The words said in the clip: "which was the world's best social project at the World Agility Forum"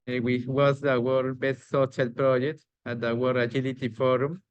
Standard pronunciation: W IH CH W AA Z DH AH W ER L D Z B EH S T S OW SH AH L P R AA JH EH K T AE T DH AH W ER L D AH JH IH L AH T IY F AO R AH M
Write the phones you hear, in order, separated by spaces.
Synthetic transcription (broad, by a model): W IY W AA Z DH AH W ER D B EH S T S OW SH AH L P R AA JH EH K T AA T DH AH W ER D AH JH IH L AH T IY F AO R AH M